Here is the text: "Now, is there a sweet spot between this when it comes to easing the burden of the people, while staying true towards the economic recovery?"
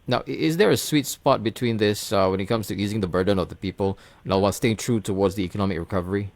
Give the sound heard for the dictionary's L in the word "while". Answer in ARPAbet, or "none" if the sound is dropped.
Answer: W